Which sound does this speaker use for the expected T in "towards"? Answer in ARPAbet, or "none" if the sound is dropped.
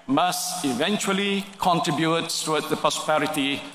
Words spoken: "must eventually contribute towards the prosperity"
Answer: S